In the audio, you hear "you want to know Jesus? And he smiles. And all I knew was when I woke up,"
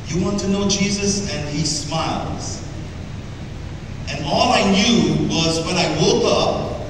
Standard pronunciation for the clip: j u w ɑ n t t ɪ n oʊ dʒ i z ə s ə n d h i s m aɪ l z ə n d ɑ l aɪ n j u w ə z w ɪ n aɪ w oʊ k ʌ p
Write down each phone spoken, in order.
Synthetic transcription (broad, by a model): j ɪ w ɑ n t t ɪ n oʊ dʒ i z ə s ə n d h i s m aɪ l z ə n ɑ l aɪ n j u w ə z w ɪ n aɪ w oʊ k ʌ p